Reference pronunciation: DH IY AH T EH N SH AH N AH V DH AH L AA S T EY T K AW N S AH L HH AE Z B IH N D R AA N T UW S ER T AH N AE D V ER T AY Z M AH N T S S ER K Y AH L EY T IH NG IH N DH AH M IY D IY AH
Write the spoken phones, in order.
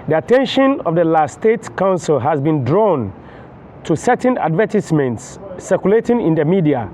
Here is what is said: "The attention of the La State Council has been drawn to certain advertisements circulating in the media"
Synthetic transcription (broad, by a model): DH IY AH T EH N SH AH N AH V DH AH L AA S T EY T K AW N S AH L HH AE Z B IH N D R AA N T UW S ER T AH N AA D V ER T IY S M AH N T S S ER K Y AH L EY T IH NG IH N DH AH M IY D IY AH